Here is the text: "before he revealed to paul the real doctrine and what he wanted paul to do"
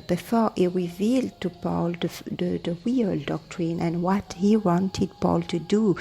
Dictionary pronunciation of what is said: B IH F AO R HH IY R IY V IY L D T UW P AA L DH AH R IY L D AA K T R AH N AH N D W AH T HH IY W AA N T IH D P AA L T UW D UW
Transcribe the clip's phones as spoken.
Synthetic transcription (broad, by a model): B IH F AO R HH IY R IY V IY L D T UW P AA L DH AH W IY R D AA K T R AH N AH N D W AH T HH IY W AA N T IH D P AA L T UW D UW